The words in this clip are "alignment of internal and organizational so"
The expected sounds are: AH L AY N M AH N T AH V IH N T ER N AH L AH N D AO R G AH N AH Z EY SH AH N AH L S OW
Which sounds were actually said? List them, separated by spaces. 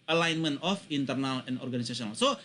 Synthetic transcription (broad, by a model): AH L AY N M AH N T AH F IH N T ER N AH L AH N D AO R G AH N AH S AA S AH N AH L S OW